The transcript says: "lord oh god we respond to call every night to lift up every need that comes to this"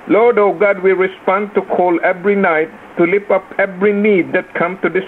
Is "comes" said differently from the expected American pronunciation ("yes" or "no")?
yes